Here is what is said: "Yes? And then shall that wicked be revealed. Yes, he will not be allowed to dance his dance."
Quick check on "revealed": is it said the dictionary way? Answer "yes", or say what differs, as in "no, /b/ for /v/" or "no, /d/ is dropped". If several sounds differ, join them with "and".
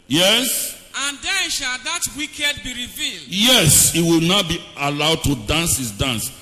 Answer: yes